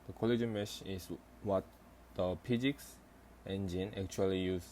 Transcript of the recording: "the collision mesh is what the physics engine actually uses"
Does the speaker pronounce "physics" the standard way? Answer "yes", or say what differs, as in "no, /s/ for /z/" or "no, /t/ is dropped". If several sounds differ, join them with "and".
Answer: no, /p/ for /f/